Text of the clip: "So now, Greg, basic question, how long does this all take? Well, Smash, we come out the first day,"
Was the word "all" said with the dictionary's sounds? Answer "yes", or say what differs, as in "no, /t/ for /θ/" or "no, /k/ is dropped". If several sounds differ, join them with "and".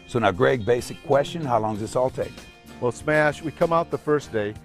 yes